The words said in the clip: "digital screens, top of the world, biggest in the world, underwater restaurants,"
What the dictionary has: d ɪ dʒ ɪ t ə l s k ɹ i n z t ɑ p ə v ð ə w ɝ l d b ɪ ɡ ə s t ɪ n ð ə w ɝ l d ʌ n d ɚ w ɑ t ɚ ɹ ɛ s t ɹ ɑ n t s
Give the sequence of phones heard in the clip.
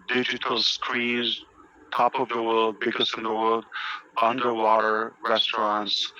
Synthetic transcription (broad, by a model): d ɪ dʒ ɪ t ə l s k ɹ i z t ɑ p ə v ð ə w ɝ l d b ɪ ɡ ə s ɪ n ð ə w ɝ l d ʌ n d ɚ w ɑ t ɚ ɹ ɛ s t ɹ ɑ n t s